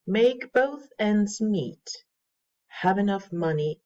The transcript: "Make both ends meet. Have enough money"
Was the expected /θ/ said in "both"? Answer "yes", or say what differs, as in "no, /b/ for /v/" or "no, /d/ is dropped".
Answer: yes